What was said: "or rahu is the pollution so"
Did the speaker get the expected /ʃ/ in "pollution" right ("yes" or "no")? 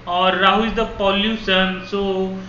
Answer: no